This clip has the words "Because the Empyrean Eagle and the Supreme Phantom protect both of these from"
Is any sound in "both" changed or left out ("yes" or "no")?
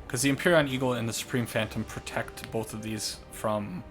no